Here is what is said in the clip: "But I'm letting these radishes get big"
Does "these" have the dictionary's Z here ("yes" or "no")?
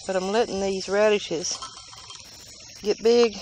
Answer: yes